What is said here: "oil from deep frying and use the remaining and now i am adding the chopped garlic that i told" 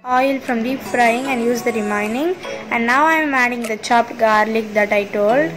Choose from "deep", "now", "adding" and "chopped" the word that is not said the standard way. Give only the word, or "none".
none